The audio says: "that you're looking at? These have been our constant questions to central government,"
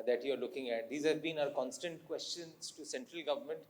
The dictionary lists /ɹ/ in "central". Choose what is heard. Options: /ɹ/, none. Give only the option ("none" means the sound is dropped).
/ɹ/